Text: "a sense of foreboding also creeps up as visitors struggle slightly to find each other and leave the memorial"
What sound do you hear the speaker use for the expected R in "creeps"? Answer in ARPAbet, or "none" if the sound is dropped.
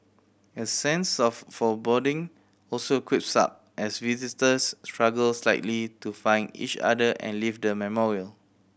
W